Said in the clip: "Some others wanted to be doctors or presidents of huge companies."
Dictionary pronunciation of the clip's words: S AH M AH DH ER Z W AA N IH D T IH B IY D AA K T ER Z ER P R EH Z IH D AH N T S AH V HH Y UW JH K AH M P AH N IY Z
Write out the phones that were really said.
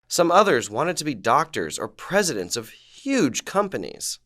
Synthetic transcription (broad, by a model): S AH M AH DH ER Z W AA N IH D T IH B IY D AA K T ER Z ER P R EH Z IH D AH N T S AH V HH Y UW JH K AH M P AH N IY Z